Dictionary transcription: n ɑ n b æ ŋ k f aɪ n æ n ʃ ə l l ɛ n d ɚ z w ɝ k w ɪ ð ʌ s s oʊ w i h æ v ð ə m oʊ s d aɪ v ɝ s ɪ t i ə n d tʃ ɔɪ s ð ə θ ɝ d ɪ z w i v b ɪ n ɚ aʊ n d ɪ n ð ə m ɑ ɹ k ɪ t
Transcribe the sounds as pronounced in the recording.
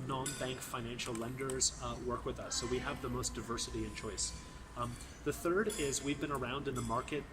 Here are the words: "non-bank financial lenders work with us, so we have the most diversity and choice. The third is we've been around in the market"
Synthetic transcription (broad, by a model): n ɑ n b æ ŋ k f aɪ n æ n ʃ l l ɛ n d ɚ z w ɝ k w ɪ ð ʌ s s oʊ w i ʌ v ð ə m oʊ s d aɪ v ɝ s ɪ t i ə n tʃ ɔɪ s ð ə θ ɝ d ɪ z w i v b ɪ n ɚ aʊ n d ɪ n ð ə m ɑ ɹ k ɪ t